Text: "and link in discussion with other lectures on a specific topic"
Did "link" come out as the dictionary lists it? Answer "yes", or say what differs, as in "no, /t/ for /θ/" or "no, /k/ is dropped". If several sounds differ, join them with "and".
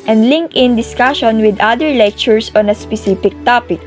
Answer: yes